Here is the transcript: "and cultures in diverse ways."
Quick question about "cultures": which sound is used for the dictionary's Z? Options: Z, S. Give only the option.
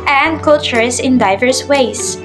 S